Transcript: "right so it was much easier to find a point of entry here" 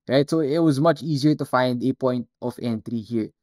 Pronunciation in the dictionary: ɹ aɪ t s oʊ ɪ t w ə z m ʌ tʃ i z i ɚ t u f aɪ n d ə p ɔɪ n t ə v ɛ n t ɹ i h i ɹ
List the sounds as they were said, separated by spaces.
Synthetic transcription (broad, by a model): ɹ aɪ t s oʊ ɪ t w ə z m ʌ tʃ i z i ɚ t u f aɪ n d ə p ɔɪ n t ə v ɛ n t ɹ i h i ɹ